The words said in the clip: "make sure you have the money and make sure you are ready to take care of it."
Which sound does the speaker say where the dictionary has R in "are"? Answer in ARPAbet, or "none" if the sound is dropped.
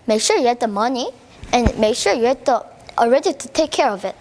L